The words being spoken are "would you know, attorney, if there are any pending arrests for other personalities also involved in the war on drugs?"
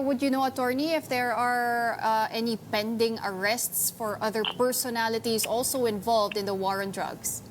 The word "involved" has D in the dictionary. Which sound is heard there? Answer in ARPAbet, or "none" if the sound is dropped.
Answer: D